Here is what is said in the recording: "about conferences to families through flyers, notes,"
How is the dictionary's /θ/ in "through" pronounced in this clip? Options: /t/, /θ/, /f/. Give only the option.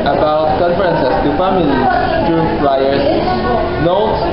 /t/